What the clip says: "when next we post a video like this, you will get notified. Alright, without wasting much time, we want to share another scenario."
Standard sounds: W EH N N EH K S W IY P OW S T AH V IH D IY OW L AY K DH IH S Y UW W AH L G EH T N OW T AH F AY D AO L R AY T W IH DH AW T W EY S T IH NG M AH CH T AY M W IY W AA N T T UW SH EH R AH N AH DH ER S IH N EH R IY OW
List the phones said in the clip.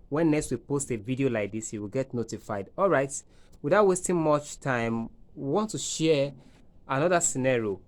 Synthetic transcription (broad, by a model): W EH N N EH K S W IY P OW S T AH V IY D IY OW L AY K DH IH S Y UW W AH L G EH T N OW T AH F AY D AO L R AY T W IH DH AW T W EY S T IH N M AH CH T AY M W IY W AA N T T UW SH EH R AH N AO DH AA S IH N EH R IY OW